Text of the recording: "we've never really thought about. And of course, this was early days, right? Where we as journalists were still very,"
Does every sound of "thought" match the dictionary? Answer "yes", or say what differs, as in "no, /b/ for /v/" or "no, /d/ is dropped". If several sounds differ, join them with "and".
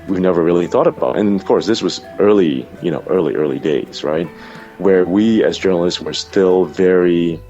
yes